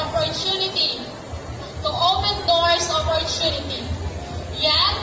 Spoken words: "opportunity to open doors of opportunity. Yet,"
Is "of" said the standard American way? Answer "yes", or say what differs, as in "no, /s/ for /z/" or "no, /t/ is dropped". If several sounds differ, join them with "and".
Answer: no, /p/ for /v/